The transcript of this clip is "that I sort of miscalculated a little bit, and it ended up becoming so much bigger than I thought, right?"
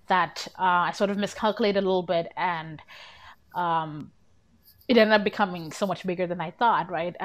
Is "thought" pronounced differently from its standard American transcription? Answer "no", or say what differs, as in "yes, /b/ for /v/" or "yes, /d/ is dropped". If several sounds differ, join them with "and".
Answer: no